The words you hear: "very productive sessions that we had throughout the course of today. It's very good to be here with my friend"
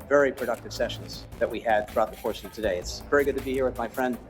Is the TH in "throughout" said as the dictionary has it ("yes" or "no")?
yes